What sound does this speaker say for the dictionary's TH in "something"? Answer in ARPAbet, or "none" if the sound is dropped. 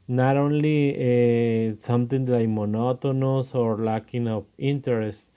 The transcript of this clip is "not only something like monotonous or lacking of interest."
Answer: T